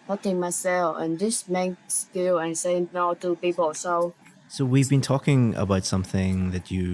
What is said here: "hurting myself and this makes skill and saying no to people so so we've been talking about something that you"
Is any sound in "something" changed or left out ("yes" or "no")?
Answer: no